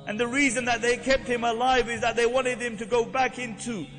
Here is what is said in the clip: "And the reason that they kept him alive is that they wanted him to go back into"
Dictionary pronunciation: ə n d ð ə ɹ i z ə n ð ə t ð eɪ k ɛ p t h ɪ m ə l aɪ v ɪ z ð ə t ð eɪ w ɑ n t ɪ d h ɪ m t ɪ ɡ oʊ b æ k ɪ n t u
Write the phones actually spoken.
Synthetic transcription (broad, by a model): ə n ð ə ɹ i z ə n ð ə t ð eɪ k ɛ p t h ɪ m ə l aɪ v ɪ z ð ə t ð eɪ w ɑ n t ɪ d h ɪ m t ɪ ɡ oʊ b æ k ɪ n t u